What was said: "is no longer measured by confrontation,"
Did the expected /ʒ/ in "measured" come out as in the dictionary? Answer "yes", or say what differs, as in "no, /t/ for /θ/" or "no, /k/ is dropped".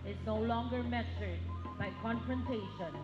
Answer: no, /s/ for /ʒ/